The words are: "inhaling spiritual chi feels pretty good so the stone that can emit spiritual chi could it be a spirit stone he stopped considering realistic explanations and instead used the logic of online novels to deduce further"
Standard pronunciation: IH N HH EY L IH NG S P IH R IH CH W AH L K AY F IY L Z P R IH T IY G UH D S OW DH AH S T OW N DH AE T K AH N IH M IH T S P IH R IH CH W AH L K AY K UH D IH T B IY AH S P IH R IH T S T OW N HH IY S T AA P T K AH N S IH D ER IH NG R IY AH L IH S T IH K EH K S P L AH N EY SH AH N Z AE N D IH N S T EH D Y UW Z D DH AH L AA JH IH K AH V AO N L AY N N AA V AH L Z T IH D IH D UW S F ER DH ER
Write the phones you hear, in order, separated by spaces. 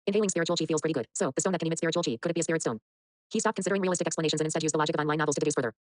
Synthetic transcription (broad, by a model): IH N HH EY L IH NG S P IH R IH CH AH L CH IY F IY L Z P R IH T IY G UH D S OW DH AH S OW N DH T K AH N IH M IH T S P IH R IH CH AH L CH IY K UH D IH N B IY AH S P IH R IH T S T OW N HH IY S T AA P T K AH N S IH D ER IH NG R IY AH L IH S T IH K EH K S P L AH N EY SH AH N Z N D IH N S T EH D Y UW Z DH AH L AA JH IH K AH V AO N AY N N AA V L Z T IH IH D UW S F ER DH ER